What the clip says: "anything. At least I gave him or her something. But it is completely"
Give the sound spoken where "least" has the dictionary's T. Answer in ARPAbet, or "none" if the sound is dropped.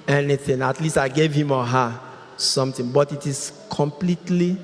T